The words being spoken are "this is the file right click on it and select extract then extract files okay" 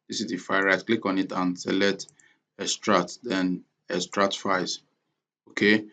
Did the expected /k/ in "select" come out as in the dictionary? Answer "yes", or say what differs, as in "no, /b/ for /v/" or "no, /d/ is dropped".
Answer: no, /k/ is dropped